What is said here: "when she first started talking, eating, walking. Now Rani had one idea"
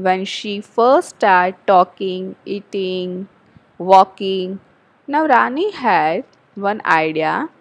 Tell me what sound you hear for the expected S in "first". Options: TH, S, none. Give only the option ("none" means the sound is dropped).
none